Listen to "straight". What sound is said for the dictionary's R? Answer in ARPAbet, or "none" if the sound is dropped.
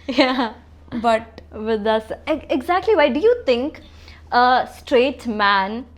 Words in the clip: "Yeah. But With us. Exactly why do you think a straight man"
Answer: R